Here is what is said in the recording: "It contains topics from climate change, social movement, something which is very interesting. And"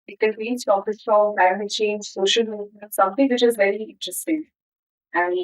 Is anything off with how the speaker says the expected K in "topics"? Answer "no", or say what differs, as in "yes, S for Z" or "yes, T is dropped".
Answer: yes, K is dropped